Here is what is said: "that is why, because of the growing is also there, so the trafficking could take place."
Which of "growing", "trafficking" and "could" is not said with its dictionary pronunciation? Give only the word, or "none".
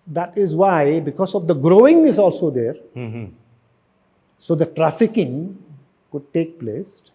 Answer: none